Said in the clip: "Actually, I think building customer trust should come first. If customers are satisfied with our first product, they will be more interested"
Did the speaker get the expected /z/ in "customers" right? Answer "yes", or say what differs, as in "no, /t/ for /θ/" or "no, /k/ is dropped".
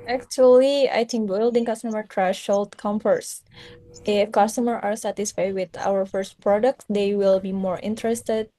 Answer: no, /z/ is dropped